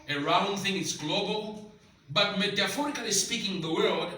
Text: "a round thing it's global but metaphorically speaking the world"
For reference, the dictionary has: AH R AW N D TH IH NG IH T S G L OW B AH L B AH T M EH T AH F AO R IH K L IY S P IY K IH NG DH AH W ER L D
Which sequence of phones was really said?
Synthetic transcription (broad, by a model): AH R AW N TH IH NG IH T S G L OW B AH L B AH T M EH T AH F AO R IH K L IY S P IY K IH NG DH AH W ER L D